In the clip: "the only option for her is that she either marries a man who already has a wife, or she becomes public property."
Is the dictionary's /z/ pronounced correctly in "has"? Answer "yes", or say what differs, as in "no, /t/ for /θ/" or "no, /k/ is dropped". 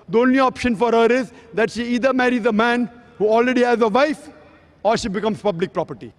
yes